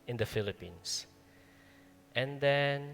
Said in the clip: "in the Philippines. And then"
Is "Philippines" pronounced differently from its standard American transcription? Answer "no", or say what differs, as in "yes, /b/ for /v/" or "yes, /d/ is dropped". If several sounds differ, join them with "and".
yes, /s/ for /z/